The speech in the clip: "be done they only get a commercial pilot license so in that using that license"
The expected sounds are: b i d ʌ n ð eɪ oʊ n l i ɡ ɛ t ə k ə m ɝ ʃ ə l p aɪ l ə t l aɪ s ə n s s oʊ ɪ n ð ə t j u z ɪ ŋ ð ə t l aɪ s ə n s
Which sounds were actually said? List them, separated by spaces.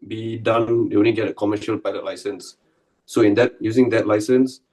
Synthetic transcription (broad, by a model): b i d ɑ n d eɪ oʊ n i ɡ ɛ t ə k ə m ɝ ʃ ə l p aɪ l ə t l aɪ s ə n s s oʊ ɪ n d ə t j u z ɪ ŋ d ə t l aɪ s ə n s